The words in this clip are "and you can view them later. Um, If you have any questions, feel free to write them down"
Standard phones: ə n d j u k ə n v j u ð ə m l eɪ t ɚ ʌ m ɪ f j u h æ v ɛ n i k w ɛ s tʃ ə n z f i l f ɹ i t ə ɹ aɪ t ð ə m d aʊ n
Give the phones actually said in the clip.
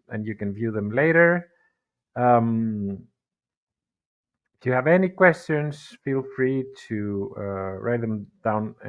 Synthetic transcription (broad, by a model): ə n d j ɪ k ə n v j u ð ə m l eɪ t ɚ ʌ m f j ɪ v ɛ n i k w ɛ s tʃ ə n z f i l f ɹ i t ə ɹ aɪ t ð ə m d aʊ n